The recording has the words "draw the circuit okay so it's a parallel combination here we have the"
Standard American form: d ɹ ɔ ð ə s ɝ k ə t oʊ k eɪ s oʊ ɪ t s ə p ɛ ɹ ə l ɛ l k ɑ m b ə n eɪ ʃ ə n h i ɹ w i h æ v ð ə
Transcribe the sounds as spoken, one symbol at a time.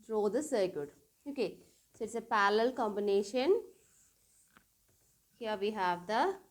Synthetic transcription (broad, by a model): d ɹ ɔ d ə s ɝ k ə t oʊ k eɪ s oʊ ɪ t s ə p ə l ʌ l k ɑ m b ə n eɪ ʃ ə n h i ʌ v i h æ v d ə